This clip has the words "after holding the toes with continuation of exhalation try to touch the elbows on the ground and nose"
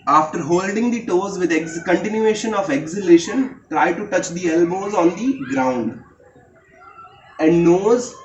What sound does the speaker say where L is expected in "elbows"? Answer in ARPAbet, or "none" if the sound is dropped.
L